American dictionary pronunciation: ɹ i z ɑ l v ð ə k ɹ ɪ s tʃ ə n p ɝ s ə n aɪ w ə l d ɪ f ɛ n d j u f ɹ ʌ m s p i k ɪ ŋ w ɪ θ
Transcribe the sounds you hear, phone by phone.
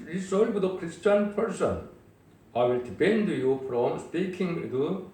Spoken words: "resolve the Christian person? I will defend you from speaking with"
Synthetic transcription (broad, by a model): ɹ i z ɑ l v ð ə k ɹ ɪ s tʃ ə n p ɝ s ə n aɪ w ə l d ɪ p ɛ n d j u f ɹ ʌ m s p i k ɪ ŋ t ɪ